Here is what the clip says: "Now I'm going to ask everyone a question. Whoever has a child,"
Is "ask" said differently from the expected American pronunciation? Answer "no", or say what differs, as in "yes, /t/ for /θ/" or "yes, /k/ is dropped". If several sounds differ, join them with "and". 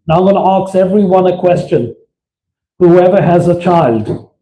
yes, /k/ is dropped